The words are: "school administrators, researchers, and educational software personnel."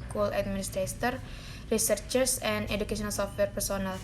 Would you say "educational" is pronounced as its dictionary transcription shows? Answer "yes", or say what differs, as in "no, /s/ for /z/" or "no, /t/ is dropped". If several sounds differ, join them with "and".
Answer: no, /ʃ/ is dropped